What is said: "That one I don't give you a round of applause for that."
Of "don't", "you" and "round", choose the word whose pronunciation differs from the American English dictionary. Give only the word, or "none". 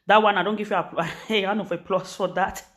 round